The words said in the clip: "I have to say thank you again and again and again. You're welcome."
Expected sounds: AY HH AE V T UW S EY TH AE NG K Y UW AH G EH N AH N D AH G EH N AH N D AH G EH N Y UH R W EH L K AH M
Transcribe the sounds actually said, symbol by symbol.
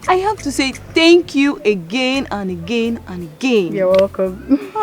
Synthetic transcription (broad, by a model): AY HH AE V T UW S EY TH AE NG K Y UW AH G EH N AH N AH G EH N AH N AH G EH N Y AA W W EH K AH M